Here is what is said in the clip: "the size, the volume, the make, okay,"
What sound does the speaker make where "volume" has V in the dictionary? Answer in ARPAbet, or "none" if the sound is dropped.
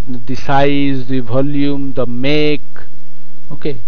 B